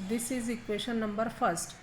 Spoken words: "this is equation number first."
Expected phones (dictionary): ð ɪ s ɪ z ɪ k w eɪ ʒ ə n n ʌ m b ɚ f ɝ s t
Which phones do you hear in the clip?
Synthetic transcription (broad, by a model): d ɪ s ɪ z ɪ k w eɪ ʃ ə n n ʌ m b ɚ f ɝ s t